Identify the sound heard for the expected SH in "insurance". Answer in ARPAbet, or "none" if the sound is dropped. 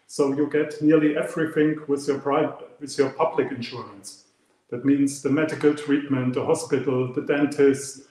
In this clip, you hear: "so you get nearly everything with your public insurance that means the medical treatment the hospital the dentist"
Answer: SH